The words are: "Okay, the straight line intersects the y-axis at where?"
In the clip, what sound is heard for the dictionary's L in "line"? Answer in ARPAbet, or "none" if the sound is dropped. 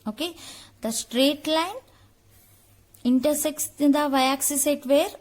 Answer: L